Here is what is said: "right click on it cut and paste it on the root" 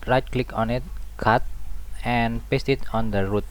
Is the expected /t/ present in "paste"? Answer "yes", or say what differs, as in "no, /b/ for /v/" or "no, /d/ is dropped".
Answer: yes